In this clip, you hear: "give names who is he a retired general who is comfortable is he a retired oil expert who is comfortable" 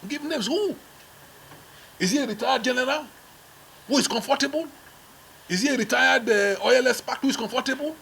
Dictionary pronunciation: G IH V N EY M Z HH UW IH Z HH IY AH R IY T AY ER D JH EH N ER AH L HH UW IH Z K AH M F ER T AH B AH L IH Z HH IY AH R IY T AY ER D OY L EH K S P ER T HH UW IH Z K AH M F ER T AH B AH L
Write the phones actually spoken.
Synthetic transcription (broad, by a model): G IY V N EY M S HH UW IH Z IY AH R IY T AY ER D JH EH N ER AH L HH UW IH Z K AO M F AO T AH B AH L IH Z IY AH R IY T AY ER D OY L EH S P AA T HH UW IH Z K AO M F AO T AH B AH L